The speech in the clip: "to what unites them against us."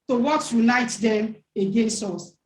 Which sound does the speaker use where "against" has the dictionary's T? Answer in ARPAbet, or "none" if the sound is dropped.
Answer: T